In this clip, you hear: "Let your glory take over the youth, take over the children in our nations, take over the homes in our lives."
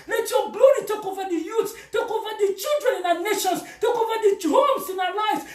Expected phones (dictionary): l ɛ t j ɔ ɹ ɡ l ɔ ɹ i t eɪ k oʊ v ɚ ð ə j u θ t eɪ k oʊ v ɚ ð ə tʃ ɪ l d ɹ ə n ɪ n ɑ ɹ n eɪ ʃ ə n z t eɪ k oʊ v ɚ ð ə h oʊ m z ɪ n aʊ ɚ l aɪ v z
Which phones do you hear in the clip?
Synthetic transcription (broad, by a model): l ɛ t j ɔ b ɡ l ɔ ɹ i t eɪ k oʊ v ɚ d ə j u s t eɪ k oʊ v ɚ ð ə tʃ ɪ l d ɹ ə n ɪ n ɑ n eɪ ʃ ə n s t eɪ k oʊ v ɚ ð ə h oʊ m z ɪ n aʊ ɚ l aɪ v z